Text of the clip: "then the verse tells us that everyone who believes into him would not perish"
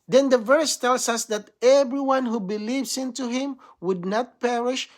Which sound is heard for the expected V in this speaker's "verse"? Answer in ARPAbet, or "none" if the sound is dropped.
V